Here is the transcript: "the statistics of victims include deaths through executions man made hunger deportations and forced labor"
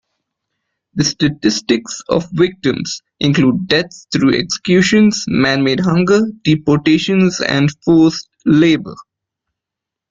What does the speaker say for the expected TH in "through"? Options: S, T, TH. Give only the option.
T